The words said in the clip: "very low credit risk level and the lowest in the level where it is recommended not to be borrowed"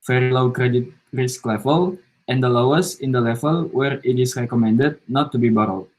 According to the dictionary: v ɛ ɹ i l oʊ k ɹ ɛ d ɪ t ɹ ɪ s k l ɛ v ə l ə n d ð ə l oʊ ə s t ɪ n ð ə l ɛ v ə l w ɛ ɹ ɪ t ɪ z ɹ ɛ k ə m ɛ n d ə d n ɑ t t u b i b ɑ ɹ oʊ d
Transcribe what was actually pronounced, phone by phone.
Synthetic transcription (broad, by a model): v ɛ ɹ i l oʊ k ɹ ɛ d ɪ t ɹ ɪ s k l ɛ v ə l ə n d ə l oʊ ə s ɪ n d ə l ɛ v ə l w ɛ ɹ ɪ t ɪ s ɹ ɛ k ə m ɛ n d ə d n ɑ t t u b i b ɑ ɹ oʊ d